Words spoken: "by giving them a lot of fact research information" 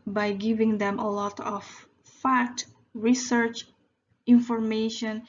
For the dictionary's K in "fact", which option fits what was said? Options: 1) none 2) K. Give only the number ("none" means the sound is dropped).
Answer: 1